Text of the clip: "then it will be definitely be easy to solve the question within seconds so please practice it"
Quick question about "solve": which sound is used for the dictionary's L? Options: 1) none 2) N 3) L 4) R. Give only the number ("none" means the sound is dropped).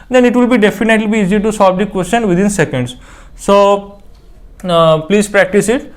1